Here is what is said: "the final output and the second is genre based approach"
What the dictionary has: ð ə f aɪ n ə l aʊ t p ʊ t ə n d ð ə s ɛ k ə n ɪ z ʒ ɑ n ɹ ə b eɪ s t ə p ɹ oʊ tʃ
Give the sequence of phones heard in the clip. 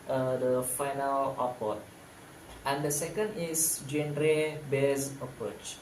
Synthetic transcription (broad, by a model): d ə f aɪ n ə l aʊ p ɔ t ə n d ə s ɛ k ə n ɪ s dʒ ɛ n ɹ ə b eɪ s ə p ɹ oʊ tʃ